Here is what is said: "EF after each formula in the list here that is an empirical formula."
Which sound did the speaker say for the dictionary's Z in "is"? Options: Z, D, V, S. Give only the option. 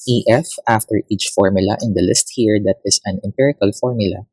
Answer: S